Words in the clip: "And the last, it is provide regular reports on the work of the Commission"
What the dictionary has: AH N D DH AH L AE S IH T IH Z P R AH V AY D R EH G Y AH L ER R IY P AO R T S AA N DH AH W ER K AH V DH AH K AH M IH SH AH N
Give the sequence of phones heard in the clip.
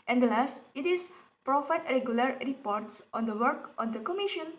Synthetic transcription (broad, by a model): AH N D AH L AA S IH T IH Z P R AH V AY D R EH G Y AH L ER R IY P AO R T S AA N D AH W ER K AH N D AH K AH M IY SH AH N